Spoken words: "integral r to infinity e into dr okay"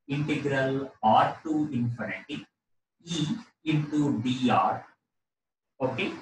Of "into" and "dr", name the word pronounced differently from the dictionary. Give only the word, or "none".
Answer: dr